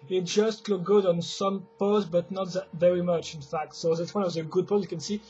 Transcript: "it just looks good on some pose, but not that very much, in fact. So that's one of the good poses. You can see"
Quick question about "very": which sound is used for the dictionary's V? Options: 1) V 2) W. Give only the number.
1